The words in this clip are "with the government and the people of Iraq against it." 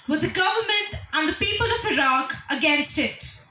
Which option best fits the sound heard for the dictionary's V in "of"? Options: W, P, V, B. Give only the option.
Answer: V